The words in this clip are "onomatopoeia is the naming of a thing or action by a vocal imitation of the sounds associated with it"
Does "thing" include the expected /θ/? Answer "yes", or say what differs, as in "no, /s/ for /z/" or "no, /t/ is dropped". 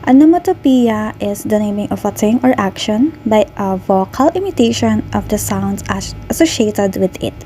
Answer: no, /t/ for /θ/